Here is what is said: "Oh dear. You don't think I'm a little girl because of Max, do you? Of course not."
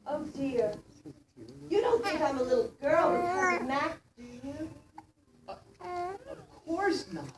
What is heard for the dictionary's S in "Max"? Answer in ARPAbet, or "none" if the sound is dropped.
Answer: none